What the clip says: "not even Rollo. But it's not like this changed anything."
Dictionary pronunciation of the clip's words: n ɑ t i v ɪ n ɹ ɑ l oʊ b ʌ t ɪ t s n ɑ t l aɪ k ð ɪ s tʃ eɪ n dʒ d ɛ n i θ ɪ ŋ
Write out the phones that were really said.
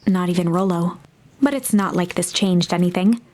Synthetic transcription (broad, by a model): n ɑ t i v ɪ n ɹ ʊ l oʊ b ʌ t ɪ t s n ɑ t l aɪ k ð ɪ s tʃ eɪ n dʒ d ɛ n i θ ɪ ŋ